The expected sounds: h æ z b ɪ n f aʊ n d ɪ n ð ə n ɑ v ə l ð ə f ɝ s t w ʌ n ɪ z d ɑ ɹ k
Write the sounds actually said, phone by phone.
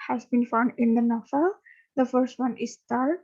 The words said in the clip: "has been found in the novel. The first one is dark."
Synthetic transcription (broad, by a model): h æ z b ɪ n f aʊ n d ɪ n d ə n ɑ f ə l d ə f ɝ s t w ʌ n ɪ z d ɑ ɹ